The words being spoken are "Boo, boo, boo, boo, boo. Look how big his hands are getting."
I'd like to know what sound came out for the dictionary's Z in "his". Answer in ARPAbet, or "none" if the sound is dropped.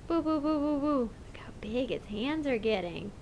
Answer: S